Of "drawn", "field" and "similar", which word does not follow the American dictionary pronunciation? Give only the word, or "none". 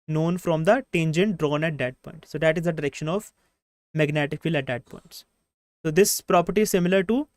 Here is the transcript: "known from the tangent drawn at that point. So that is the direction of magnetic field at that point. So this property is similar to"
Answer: field